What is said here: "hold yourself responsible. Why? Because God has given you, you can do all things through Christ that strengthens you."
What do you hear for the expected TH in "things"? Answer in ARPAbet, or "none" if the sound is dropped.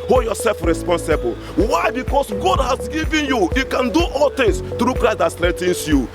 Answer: T